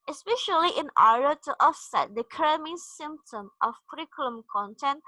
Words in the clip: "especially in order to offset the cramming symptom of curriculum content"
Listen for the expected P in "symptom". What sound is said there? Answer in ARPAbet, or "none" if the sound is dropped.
P